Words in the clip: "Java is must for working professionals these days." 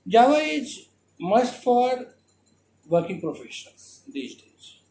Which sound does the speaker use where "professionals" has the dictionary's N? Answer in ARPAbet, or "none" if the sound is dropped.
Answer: none